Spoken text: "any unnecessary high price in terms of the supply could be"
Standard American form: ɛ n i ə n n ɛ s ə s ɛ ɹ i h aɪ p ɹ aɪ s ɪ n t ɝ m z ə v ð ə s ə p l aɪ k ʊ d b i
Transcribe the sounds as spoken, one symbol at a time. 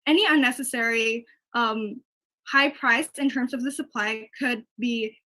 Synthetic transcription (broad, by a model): ɛ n i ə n n ɛ s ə s ɛ ɹ i h aɪ p ɹ aɪ s ɪ n t ɝ m z ə v ð ə s ə p l aɪ k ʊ d b i